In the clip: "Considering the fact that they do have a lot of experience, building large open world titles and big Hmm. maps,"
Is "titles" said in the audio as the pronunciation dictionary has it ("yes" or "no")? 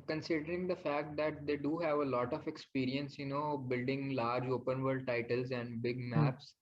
yes